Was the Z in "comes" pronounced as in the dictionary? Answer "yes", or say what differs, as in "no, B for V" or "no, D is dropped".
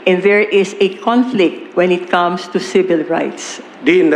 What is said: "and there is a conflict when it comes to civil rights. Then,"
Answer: no, S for Z